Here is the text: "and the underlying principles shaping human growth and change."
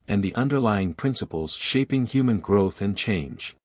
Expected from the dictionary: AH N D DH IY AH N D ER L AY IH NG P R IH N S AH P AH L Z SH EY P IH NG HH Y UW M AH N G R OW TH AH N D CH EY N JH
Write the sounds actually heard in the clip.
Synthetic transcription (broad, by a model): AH N DH IY AH N D ER L AY IH NG P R IH N S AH P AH L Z SH EY P IH NG HH Y UW M AH N G R OW TH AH N CH EY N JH